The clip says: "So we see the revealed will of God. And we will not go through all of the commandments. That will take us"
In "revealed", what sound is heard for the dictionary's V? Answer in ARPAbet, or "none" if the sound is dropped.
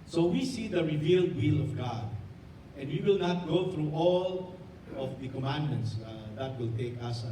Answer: V